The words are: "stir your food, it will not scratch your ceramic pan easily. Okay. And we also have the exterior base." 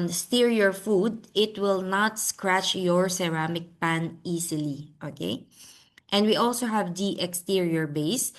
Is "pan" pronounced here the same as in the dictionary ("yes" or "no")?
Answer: yes